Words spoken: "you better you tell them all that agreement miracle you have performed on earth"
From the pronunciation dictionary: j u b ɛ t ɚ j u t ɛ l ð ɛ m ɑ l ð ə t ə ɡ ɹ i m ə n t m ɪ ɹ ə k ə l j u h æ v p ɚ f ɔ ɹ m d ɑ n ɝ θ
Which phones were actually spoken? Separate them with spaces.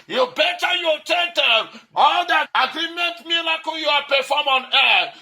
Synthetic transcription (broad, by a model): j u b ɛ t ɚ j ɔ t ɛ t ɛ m ɑ l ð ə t ə ɡ ɹ i m ə n t m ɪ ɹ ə k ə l j u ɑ p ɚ f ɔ m ɑ n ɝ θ